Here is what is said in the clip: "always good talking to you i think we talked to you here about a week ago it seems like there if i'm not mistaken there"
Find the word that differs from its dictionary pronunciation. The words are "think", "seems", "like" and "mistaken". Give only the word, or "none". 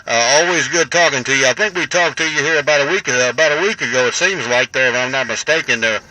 none